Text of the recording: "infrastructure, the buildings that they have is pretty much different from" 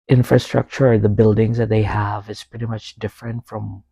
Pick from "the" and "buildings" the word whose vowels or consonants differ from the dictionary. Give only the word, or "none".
none